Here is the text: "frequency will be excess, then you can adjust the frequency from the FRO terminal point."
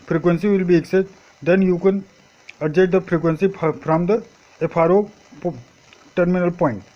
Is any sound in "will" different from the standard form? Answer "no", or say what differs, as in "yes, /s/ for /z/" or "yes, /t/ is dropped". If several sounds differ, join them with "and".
no